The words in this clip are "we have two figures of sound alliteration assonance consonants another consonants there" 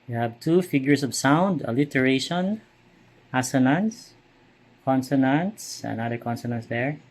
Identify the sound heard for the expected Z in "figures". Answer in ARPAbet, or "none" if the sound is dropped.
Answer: S